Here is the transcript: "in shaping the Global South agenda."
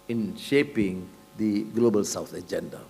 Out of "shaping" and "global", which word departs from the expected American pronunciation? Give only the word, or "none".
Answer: none